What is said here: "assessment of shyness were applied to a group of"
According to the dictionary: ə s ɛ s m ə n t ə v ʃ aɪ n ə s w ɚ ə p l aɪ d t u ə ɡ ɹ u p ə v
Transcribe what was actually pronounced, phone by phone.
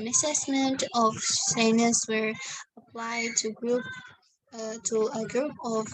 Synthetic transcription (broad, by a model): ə s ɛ s m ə n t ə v s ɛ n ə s w ɚ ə p l aɪ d t u ə ɡ ɹ u p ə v